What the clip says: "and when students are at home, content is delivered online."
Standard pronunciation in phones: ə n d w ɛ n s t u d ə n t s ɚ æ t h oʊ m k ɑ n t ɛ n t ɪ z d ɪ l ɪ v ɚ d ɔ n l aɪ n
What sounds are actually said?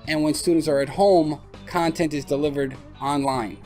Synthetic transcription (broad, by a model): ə n w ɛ n s t u d n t s ɚ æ t h oʊ m k ɑ n t ɛ n t ɪ z d ɪ l ɪ v ɚ d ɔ n l aɪ n